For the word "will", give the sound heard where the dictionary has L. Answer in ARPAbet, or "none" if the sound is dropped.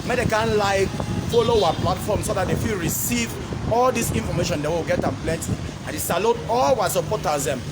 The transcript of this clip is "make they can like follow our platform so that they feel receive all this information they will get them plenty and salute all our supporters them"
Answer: W